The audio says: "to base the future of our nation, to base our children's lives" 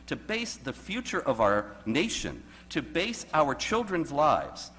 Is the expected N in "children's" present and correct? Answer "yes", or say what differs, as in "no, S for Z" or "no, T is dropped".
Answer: yes